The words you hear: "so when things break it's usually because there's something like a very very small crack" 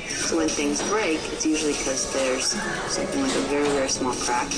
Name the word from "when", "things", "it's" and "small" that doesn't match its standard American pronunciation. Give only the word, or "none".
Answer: none